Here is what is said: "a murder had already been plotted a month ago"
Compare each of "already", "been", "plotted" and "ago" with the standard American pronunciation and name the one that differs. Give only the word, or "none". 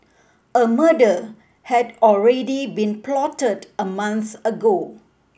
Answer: none